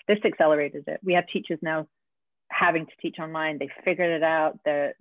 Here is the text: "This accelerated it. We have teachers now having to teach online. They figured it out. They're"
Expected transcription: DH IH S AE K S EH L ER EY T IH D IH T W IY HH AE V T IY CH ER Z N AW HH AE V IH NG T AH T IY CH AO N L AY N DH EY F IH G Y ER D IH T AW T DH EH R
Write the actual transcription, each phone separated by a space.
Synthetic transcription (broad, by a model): DH IH S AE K S EH L ER EY T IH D IH T W IY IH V T IY CH ER Z N AW HH AE V IH NG T AH T IY CH AO N L AY N DH EY F IH G Y ER D IH T AW T DH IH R